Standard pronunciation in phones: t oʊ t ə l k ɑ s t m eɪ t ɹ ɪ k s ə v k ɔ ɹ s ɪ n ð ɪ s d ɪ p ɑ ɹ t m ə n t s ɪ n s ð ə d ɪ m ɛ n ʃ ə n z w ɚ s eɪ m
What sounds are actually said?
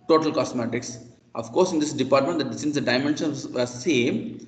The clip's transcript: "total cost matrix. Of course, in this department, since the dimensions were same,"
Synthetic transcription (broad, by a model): t oʊ t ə l k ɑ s m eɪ t ɪ k s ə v k ɔ ɹ s ɪ n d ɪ s d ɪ p ɑ ɹ t m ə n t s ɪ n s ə d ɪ m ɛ n ʃ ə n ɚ s eɪ m